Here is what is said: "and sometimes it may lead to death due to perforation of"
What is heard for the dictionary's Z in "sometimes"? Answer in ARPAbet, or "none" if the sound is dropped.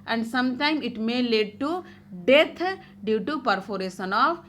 none